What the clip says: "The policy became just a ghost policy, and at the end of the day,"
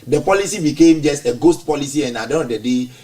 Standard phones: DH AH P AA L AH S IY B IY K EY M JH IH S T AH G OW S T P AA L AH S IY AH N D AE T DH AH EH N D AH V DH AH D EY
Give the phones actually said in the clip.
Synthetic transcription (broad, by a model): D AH P AA L AH S IY B IY K EY M JH IH S T AH G OW S T P AA L AH S IY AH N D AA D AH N AH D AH D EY